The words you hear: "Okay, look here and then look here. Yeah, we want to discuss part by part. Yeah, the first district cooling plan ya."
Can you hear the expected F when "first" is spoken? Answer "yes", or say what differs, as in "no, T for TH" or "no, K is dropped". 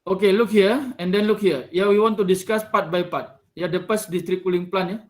no, P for F